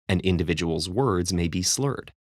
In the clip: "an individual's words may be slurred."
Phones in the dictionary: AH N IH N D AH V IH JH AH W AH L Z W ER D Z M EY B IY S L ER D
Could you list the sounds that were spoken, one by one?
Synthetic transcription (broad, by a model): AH N IH N D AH V IH JH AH W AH L Z W ER D Z M EY B IY S L ER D